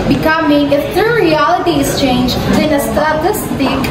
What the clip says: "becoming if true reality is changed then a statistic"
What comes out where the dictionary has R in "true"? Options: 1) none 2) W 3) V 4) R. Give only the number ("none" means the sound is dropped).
1